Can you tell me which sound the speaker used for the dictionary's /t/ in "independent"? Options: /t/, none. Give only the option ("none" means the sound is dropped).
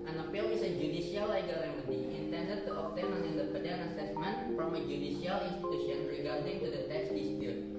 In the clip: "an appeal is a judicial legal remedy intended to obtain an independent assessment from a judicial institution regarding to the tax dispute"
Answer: none